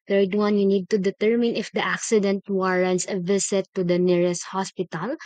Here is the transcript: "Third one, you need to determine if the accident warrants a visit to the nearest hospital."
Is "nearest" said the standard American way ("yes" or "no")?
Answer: yes